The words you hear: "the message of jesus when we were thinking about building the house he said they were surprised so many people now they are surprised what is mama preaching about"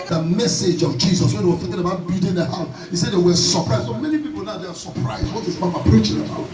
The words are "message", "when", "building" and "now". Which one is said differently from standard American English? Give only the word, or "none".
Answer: building